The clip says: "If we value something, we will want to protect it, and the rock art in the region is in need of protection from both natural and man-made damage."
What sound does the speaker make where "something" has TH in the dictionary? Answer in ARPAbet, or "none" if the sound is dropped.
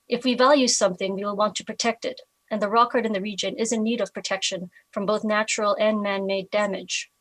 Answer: TH